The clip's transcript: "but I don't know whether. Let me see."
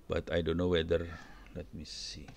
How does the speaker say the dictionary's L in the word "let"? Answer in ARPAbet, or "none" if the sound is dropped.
N